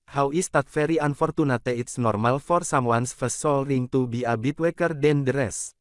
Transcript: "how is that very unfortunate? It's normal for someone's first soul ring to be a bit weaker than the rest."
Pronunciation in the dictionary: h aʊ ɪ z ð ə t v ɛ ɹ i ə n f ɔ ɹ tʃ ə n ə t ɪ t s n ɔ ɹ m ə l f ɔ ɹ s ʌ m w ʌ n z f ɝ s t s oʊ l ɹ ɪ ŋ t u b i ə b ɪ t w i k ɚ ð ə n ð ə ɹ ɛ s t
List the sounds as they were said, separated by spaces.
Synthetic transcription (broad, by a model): h aʊ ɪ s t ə t f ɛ ɹ i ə n f ɔ ɹ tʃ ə n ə t ɪ t s n ɔ ɹ m ə l f ɔ ɹ s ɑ m w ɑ n s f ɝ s s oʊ l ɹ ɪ ŋ t u b i ə b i t w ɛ k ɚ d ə n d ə ɹ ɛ s